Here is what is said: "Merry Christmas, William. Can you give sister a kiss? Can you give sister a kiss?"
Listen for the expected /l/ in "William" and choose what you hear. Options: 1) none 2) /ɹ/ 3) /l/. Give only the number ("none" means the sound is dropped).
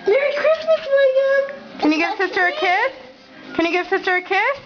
1